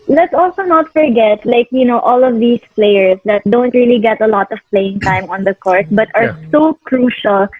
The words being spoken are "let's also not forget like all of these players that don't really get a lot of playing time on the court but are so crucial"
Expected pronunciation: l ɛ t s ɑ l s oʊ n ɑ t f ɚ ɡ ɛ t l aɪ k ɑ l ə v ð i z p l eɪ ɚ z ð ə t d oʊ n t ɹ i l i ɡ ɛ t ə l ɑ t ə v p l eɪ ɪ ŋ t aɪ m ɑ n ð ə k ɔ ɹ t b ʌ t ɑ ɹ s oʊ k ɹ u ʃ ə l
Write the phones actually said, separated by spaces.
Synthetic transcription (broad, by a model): l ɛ t s ɑ l s oʊ n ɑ t f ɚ ɡ ɛ t l aɪ k ɑ l ə v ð i s p l eɪ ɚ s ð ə t d oʊ n t ɹ i l i ɡ ɛ t ə l ɑ t ə v p l eɪ ɪ ŋ t aɪ m ɑ n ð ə k ɔ ɹ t b ʌ t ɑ ɹ s oʊ k ɹ u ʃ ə l